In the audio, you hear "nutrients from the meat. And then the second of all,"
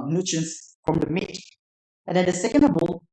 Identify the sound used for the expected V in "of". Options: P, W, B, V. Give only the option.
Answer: B